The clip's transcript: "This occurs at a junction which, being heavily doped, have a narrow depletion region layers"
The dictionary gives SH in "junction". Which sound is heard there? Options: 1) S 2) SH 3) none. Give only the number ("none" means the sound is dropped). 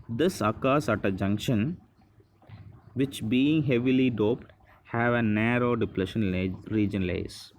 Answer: 2